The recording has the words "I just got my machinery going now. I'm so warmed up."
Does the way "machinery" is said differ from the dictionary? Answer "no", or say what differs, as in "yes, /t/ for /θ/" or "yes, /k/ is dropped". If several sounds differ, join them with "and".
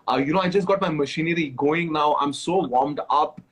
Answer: no